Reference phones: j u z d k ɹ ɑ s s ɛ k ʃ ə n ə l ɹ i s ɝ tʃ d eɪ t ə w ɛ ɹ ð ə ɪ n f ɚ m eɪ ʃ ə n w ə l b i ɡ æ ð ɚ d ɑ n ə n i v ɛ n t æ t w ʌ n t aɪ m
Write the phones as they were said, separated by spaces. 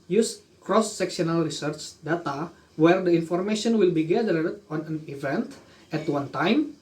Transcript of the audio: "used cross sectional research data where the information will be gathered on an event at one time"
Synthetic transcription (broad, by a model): j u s k ɹ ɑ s s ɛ k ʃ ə n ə l ɹ i s ɝ tʃ d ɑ t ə w ɛ ɹ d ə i n f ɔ m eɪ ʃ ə n w ə l b i ɡ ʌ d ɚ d ɑ n ə n i v ɛ n t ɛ t w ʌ n t aɪ m